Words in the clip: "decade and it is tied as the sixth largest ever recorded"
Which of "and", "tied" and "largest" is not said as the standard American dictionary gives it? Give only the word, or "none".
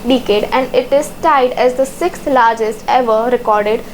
none